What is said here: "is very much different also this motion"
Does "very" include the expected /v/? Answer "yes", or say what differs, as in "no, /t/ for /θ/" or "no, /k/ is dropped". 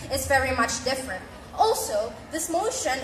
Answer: yes